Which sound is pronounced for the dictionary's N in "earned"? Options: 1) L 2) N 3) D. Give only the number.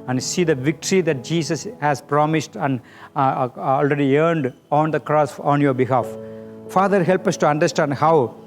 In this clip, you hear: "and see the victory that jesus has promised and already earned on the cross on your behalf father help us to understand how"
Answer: 2